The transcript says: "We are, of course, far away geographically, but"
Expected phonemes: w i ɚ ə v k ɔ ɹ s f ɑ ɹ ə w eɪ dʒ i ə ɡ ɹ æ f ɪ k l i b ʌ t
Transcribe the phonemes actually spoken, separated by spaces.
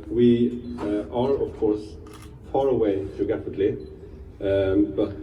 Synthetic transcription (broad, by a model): w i ɚ ə v k ɔ ɹ s f ɑ ɹ ə w eɪ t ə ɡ æ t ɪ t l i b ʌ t